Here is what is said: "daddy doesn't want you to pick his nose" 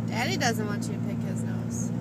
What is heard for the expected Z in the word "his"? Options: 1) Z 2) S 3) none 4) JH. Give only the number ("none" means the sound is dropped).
1